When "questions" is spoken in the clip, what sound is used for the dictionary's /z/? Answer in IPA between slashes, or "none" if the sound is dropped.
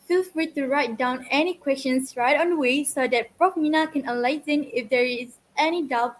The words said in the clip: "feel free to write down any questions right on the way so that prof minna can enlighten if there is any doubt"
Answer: /s/